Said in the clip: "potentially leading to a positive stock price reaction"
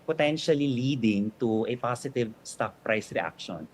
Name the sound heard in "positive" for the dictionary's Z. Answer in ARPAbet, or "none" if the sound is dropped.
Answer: S